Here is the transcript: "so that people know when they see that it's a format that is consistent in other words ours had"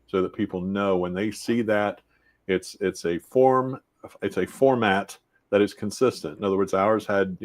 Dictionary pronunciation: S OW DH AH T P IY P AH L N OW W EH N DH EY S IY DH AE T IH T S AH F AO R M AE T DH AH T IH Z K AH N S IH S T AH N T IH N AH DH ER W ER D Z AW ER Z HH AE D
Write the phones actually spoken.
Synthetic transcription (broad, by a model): S OW DH AH T P IY P L N OW W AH N DH EY S IY DH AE T IH T S AH F AO R M AE T DH AH T IH Z K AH N S IH S T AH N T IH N AH DH ER W ER D Z AW ER Z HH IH D